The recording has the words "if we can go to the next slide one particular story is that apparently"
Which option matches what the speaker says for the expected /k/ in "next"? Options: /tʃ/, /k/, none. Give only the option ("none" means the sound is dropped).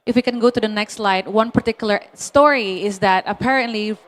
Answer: /k/